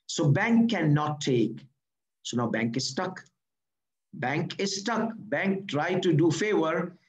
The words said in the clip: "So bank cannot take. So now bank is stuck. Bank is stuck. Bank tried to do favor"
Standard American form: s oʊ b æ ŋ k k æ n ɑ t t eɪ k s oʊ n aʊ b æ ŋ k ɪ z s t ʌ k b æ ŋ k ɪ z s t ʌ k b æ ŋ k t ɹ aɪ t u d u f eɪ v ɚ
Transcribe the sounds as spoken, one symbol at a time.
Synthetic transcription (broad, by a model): s oʊ b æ ŋ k k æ n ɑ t t eɪ k s oʊ n aʊ b æ ŋ k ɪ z s t ʌ k b æ ŋ k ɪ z s t ʌ k b æ ŋ k t ɹ aɪ t u d u f eɪ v ɚ